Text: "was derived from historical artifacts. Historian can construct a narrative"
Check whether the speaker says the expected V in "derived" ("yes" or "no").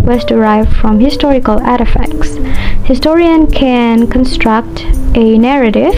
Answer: yes